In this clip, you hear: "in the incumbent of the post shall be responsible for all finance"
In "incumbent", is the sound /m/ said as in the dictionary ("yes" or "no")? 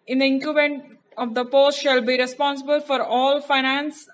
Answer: no